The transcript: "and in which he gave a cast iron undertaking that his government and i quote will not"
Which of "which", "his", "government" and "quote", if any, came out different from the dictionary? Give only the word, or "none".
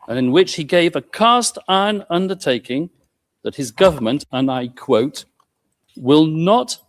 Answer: none